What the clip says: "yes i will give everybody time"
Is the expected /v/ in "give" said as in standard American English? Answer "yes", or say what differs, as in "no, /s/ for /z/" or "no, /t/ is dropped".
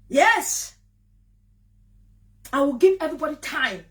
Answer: yes